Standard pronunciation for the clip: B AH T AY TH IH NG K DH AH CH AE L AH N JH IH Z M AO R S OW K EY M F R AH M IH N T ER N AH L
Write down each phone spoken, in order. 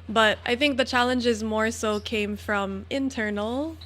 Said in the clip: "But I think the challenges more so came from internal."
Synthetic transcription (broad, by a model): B AH T AY TH IH NG K DH AH CH AE L AH N JH IH Z M AO R S OW K EY M F R AH M IH N T ER N L